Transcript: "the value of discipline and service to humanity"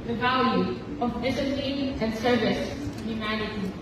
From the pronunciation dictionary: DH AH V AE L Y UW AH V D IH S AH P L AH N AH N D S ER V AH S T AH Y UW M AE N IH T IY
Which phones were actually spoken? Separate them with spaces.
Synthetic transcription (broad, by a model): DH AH V AE L Y UW AH V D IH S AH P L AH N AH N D S ER V AH S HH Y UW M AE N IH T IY